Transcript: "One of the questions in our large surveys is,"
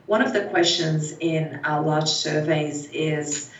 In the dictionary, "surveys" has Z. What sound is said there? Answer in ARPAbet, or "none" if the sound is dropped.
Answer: Z